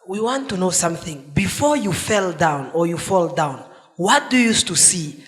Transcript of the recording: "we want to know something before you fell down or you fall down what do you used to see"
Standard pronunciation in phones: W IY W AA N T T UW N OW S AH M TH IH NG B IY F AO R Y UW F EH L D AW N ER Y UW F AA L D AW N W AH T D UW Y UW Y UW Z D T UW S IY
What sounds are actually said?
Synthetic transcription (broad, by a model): W IY W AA N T T UW N OW S AH M TH IH NG B IY F AO R Y UW F EH L D AW N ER Y UW F AA L D AW N W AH T D UW Y UW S T UW S IY